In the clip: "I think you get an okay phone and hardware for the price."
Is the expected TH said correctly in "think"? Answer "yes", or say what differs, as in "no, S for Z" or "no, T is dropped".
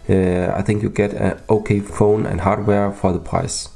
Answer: yes